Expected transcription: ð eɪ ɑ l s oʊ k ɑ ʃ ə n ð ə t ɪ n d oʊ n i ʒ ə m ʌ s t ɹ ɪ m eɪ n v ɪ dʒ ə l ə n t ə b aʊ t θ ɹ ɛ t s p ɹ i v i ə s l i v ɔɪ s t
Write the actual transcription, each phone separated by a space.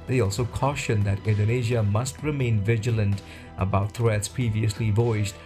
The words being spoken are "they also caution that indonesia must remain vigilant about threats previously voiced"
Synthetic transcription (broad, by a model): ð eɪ ɑ l s oʊ k ɑ ʃ ə n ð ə t ɪ n d oʊ n i ʒ ə m ʌ s t ɹ ɪ m eɪ n v ɪ dʒ ə l ə n t ə b aʊ t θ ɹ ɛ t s p ɹ i v i ə s l i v ɔɪ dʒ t